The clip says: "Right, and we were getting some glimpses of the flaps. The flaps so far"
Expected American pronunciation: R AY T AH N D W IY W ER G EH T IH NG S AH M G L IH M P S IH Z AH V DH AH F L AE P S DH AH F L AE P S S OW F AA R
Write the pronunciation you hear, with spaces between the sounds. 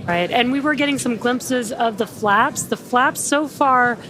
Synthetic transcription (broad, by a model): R AY T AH N W IY W ER G EH T IH NG S AH M G L IH M P S IH Z AH V DH AH F L AE P S DH AH F L AE P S S OW F AA R